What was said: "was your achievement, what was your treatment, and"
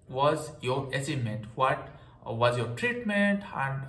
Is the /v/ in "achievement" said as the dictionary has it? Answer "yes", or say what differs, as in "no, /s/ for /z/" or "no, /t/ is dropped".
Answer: no, /v/ is dropped